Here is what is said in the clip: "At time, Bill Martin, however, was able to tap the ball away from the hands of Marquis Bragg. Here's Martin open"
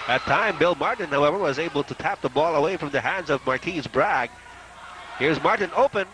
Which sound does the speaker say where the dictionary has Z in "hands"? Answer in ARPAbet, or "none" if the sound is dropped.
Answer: Z